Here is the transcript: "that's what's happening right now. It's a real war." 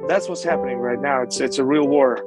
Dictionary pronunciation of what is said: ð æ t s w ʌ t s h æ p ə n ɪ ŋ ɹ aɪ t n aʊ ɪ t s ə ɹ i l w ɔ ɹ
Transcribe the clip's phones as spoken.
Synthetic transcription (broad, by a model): ð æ t s w ʌ t s h æ p ə n ɪ ŋ ɹ aɪ t n aʊ ɪ t s ə ɹ i l w ɔ ɹ